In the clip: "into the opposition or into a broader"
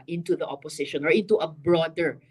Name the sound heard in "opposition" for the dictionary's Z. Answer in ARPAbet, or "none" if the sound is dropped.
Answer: S